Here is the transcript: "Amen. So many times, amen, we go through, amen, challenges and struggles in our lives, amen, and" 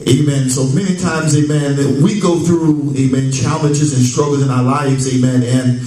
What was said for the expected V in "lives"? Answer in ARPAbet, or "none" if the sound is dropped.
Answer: V